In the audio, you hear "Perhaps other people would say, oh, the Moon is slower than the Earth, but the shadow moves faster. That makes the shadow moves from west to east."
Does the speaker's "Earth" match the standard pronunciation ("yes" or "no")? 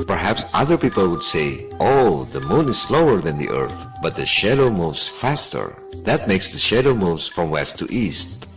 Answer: yes